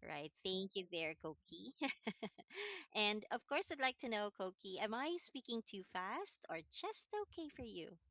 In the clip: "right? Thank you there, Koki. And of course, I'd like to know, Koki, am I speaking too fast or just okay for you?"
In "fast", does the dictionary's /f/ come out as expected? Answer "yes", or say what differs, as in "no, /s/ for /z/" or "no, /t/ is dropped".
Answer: yes